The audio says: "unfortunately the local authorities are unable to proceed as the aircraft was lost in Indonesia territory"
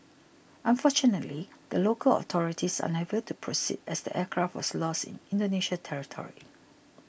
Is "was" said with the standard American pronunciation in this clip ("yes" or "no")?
no